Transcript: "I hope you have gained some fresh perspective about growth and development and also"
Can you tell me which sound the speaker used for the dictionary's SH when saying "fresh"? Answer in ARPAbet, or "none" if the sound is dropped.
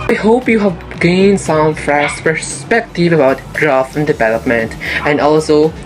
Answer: S